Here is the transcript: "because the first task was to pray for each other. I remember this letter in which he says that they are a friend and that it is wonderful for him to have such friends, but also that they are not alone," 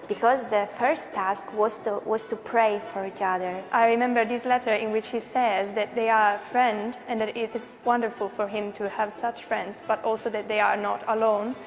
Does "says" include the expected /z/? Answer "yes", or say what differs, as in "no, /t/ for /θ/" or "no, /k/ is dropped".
yes